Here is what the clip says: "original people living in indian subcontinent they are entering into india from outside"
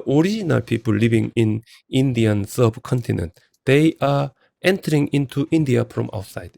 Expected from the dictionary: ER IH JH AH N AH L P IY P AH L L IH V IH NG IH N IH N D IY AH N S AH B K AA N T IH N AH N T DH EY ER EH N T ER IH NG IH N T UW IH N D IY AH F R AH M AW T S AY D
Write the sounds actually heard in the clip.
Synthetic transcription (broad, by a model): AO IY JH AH N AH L P IY P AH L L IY B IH NG IH N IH N D IY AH N S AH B K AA N T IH N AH N T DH EY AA EH N T ER IH NG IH N T UW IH N D IY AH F R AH M AW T S AY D